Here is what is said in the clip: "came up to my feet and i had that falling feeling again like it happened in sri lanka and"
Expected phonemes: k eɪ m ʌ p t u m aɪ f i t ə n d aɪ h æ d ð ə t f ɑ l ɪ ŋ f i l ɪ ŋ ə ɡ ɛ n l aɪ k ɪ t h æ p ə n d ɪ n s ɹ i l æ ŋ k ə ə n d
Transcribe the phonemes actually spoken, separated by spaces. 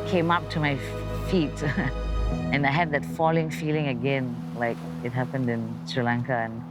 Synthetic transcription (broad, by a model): k eɪ m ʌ p t u m aɪ f i t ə n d aɪ h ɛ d ð ə t f ɑ l ɪ ŋ f i l ɪ ŋ ə ɡ ɛ n l aɪ k ɪ t h æ p ə n d ɪ n s ɹ i l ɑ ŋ k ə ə n